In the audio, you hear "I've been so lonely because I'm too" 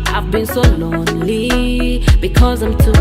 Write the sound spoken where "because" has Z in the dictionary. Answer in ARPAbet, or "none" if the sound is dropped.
Z